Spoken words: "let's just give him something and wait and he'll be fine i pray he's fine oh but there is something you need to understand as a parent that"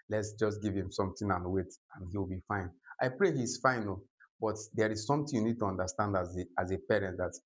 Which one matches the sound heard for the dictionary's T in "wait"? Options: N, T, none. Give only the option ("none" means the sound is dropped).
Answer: T